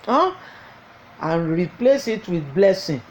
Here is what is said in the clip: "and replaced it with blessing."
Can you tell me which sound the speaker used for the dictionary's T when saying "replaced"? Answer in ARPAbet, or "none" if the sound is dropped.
none